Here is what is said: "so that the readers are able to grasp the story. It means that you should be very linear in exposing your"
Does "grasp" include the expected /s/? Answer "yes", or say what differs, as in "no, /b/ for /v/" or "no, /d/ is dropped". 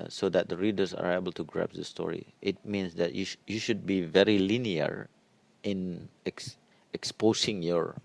no, /s/ is dropped